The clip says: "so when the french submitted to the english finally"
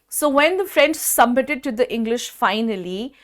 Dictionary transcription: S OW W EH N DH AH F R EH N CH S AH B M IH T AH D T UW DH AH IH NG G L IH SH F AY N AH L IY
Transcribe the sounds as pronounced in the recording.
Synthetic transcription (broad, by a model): S OW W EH N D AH F R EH N S S AH B M IH T AH D T UW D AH IH NG G L IH SH F AY N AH L IY